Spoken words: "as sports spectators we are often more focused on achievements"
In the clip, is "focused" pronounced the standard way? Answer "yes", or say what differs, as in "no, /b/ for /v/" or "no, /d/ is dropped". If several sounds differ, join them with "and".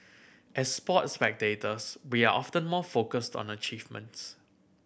yes